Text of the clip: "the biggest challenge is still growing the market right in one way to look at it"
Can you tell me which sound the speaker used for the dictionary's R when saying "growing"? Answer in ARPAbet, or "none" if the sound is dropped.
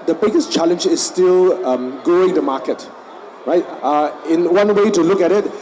none